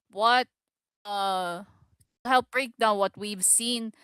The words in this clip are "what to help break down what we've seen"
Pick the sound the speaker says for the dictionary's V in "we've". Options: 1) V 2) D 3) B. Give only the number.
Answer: 1